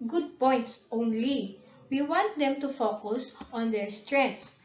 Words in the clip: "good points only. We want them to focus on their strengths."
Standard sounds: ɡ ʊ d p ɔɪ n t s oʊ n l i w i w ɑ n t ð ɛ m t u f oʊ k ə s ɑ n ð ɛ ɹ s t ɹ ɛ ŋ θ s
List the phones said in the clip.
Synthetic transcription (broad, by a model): ɡ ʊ d p ɔɪ n t s oʊ n l i w i w ɑ n t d ɛ m t u f oʊ k ə s ɑ n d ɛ ɹ s t ɹ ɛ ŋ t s